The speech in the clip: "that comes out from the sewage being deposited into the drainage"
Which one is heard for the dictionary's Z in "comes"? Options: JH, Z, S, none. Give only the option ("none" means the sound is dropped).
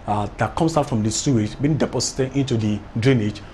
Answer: S